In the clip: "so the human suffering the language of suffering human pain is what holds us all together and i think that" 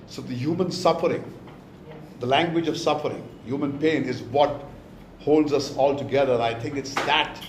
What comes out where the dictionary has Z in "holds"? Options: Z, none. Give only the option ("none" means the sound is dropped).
Z